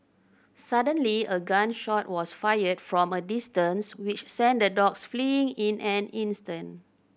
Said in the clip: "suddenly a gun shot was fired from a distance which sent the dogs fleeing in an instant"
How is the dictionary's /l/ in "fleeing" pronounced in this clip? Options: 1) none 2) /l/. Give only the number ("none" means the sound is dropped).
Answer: 2